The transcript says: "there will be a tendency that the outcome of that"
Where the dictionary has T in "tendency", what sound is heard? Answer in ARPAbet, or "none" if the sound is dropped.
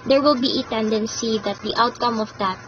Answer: T